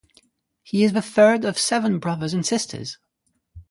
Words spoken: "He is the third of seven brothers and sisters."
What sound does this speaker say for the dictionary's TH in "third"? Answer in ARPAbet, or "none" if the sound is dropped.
TH